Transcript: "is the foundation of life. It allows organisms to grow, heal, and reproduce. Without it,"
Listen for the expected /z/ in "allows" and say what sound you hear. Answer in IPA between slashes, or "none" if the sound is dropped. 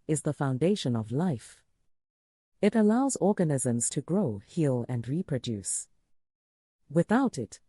/z/